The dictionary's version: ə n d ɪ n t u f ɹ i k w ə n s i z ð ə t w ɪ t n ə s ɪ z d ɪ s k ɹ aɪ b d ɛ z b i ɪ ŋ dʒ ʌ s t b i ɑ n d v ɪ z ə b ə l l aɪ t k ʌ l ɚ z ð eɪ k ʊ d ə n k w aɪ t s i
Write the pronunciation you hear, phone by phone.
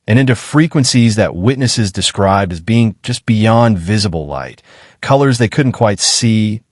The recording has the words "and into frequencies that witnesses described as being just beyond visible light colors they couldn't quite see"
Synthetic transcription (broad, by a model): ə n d ɪ n t u f ɹ i k w ə n s i z ð ə t w ɪ t n ə s ɪ z d ɪ s k ɹ aɪ b d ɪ z b i ɪ ŋ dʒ ʌ s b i ɑ n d v ɪ z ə b l l aɪ t k ʌ l ɚ z ð eɪ k ʊ d n k w aɪ t s i